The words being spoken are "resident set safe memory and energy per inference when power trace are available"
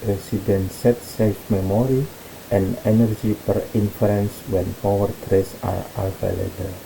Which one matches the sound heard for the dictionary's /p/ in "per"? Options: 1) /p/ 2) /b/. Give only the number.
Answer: 1